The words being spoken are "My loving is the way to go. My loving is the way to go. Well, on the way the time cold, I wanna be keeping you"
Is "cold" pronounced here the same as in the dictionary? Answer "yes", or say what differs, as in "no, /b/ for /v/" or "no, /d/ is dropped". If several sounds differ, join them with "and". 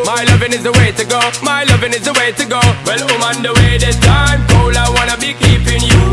no, /d/ is dropped